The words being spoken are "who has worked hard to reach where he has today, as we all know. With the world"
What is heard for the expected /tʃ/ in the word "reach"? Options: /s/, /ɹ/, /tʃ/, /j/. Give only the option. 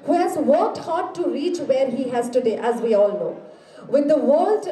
/tʃ/